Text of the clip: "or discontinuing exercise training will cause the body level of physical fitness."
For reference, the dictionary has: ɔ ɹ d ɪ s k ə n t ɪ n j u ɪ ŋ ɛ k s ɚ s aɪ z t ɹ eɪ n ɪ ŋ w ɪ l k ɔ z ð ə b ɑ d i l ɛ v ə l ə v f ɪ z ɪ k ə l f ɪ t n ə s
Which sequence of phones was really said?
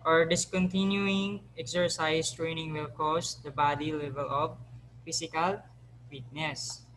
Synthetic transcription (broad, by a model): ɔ ɹ d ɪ s k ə n t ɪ n j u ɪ ŋ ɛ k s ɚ s aɪ s t ɹ eɪ n ɪ ŋ w ɪ l k ɔ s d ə b ɑ d i l ɛ v ə l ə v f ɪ s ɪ k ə l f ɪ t n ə s